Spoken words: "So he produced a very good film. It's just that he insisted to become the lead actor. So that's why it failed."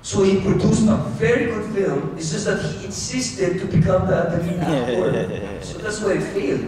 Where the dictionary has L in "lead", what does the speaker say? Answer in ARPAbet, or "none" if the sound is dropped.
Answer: N